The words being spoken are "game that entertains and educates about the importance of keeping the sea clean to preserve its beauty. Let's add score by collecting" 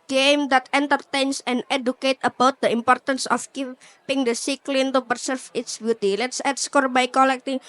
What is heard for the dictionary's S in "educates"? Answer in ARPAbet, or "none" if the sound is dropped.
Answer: none